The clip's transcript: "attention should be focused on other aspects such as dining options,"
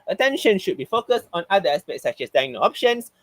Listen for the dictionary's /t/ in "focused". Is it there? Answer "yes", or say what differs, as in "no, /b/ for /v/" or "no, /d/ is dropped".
yes